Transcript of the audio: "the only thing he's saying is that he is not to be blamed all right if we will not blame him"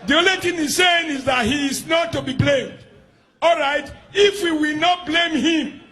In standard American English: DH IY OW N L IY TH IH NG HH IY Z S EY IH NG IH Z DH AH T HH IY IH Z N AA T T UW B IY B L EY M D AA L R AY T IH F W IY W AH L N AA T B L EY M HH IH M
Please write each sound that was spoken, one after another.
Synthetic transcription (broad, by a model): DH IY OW L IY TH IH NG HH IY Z S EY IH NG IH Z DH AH T HH IY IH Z N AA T T UW B IY B L EY M D AA L R AY T IH F W IY W AH L N AA T B L EY M HH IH M